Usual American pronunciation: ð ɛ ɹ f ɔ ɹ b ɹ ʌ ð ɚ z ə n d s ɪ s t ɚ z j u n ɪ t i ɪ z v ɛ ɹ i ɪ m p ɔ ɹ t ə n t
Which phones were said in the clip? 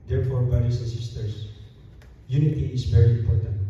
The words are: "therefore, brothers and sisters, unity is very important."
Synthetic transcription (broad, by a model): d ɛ ɹ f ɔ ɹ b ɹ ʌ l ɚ s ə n s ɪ s t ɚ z j u n ɪ t i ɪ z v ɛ ɹ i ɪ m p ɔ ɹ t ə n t